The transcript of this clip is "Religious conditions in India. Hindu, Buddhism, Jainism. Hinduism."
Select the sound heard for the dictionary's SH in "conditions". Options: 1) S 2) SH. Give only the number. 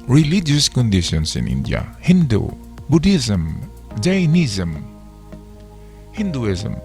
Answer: 1